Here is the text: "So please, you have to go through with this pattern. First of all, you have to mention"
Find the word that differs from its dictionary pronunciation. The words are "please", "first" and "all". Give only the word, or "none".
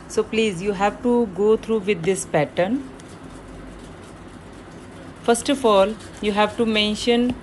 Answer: none